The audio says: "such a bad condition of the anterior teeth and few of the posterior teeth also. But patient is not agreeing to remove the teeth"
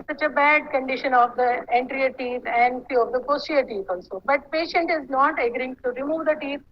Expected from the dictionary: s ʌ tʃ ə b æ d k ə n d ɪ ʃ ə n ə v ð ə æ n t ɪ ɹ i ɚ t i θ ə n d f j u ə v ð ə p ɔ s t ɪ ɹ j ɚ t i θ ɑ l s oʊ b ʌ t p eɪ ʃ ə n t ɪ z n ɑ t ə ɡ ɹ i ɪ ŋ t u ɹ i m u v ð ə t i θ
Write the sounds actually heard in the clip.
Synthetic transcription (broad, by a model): s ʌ tʃ ə b æ d k ə n d ɪ ʃ ə n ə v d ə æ n t ɹ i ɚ t i t ə n d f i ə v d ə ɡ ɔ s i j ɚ t i t ɑ l s oʊ b ʌ t p eɪ ʃ ə n t ɪ z n ɑ t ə ɡ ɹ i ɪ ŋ t u ɹ i m u v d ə t i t